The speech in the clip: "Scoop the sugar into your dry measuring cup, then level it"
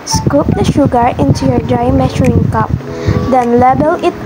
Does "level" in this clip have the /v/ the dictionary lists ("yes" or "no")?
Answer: no